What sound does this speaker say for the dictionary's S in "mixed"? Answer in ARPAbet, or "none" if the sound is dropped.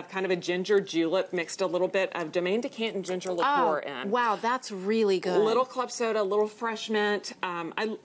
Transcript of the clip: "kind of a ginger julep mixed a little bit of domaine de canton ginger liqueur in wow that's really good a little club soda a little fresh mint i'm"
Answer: S